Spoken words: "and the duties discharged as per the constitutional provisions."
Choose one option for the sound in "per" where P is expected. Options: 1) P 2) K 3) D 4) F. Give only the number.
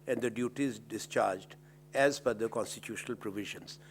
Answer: 4